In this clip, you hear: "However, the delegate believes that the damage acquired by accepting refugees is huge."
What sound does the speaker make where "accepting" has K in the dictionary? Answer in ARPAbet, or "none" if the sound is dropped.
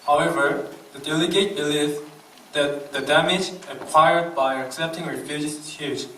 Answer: K